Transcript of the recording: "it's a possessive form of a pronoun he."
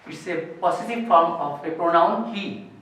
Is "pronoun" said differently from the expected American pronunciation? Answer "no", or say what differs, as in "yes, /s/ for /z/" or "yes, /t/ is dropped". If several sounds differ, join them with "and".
no